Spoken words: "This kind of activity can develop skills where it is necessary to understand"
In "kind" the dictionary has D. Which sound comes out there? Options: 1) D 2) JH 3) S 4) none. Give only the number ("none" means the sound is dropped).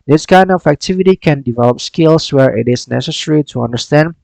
1